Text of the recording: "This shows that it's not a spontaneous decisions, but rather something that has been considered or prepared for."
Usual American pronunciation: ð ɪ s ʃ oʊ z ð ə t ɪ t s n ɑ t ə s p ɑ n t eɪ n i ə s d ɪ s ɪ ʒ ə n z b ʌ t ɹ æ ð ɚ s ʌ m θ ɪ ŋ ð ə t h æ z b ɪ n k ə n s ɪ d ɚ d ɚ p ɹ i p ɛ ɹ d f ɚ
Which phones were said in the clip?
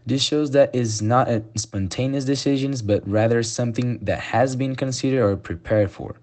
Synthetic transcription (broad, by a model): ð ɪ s ʃ oʊ z ð ə t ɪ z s n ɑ t ə s p ɑ n t eɪ n i ə s d ɪ s ɪ ʒ ə n z b ʌ t ɹ æ ð ɚ s ʌ m θ ɪ ŋ ð ə t h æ z b ɪ n k ə n s ɪ d ɚ d ɚ p ɹ i p ɛ ɹ d f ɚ